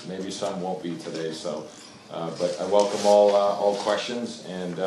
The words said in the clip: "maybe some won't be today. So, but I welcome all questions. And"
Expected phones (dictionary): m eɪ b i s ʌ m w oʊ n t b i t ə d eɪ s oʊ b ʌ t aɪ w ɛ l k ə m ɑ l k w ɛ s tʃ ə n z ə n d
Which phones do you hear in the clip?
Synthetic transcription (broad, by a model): m eɪ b i s ʌ m w oʊ n b i t ə d eɪ s oʊ b ʌ t aɪ w ɛ l k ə m ɑ l k w ɛ s tʃ ə n z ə n